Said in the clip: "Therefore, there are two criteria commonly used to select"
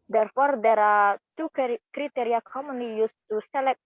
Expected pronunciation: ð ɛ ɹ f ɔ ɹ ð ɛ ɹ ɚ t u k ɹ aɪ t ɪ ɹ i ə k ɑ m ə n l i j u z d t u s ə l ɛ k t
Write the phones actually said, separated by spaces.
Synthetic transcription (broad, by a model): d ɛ ɹ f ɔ ɹ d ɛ ɹ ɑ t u k ɹ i t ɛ ɹ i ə k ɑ m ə n i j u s t u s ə l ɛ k